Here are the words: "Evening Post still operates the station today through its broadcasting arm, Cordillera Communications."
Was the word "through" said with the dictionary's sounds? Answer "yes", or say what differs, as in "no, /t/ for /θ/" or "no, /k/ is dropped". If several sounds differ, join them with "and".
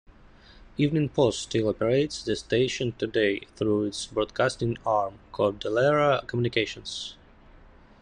yes